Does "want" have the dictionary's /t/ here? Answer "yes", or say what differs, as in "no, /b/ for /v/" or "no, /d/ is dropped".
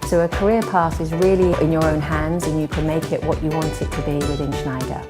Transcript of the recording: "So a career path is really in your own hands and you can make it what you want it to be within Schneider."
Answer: yes